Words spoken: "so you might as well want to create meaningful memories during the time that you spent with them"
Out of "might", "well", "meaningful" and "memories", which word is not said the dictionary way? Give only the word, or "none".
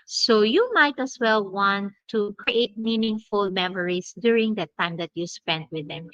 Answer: memories